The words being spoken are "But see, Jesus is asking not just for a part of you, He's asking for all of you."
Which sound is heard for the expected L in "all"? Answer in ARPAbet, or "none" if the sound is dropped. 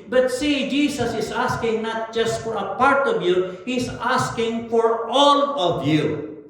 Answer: L